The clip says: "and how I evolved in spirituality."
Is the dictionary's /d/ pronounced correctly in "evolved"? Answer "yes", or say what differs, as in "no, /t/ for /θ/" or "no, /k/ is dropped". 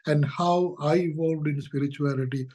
yes